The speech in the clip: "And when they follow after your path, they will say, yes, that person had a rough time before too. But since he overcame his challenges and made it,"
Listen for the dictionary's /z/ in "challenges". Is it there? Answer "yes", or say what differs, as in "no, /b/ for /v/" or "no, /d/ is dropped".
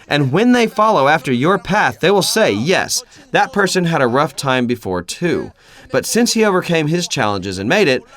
yes